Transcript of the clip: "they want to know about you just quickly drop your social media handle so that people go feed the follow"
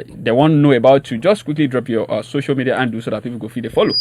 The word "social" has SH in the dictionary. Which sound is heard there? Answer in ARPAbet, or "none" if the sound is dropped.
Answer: SH